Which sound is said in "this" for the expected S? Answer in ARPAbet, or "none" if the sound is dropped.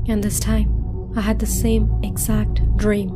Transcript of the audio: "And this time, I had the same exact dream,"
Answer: S